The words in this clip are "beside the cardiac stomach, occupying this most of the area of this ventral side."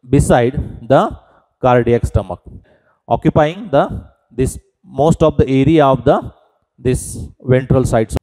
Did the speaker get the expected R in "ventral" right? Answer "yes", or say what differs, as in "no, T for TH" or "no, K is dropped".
yes